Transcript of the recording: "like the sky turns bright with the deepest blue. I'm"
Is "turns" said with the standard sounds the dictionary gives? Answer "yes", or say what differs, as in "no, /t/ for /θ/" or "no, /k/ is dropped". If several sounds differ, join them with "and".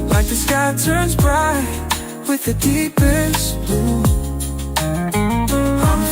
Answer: yes